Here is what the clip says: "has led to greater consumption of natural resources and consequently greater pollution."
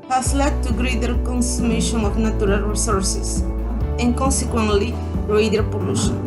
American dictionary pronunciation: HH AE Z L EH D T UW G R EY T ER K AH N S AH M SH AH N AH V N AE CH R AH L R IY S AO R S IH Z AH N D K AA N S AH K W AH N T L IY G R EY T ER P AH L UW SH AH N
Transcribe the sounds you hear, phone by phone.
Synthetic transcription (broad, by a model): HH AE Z L EH D T UW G R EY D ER K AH N S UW M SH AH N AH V N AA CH R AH L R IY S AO R S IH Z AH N K AA N S AH K W AH N T L IY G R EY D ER P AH L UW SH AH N